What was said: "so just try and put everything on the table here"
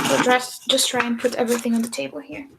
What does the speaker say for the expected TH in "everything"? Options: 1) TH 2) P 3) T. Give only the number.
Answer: 1